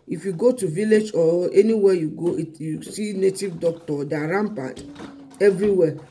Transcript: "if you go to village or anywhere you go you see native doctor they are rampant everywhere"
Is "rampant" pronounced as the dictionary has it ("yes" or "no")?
no